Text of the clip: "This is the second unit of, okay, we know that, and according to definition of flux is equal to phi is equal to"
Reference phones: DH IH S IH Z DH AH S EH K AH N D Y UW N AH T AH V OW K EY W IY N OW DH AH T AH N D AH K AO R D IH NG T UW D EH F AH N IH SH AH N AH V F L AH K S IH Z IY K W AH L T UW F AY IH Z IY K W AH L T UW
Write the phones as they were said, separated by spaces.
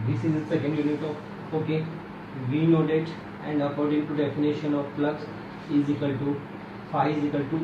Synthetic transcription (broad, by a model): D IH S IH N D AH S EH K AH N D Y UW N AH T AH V OW K EY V IY N OW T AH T AH N D AH K AO R D IH NG T UW D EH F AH N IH SH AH N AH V P L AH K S IH Z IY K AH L T UW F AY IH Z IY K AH L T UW